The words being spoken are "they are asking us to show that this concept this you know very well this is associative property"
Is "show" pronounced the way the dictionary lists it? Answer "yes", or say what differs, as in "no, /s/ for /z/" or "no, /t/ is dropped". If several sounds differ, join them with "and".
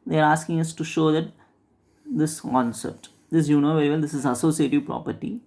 yes